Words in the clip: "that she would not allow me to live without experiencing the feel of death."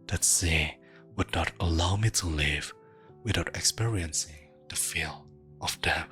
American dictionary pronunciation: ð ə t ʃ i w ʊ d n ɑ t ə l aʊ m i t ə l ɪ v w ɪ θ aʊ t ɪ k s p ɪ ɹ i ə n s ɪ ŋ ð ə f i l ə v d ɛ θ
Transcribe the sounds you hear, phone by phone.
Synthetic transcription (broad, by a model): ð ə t s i w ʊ d n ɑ t ə l aʊ m i t ə l ɪ v w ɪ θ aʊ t ɪ k s p ɪ ɹ i ə n s ɪ ŋ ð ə f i l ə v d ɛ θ